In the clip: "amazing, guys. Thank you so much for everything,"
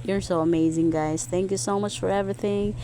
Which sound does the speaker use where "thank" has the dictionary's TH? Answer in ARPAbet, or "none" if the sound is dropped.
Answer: TH